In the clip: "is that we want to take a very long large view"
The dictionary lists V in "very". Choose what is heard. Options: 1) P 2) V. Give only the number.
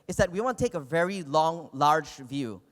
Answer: 2